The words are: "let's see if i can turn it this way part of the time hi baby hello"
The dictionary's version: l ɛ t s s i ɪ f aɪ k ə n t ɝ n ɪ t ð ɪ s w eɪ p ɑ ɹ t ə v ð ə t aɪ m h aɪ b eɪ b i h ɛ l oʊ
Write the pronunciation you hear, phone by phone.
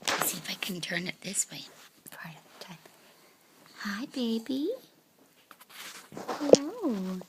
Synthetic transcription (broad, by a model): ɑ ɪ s s i ɪ f aɪ k ə n t ɝ n ɪ t ð ɪ s w eɪ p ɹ ə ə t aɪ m h aɪ b eɪ b i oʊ